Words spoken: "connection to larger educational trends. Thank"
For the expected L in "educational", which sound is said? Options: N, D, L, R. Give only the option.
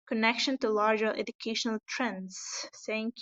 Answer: L